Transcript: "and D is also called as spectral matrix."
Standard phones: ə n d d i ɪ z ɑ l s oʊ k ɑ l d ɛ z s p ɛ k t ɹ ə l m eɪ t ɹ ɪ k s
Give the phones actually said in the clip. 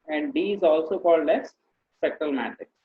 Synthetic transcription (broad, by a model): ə n d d i ɪ z ɑ l s oʊ k ɑ l d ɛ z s ɛ k t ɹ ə l m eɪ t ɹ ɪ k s